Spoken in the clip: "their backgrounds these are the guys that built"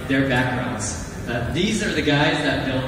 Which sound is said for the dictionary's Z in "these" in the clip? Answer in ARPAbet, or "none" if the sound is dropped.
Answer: Z